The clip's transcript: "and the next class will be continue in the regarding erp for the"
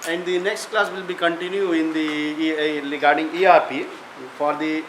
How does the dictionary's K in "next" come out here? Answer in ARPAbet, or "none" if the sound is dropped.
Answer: K